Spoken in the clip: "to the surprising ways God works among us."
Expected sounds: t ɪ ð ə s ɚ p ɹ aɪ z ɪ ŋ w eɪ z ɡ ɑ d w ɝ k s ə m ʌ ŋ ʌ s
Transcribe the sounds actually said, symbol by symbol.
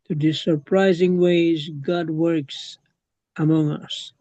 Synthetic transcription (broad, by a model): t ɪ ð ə s ɚ p ɹ aɪ z ɪ ŋ w eɪ z ɡ ɑ d w ɝ k s ə m ʌ ŋ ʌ s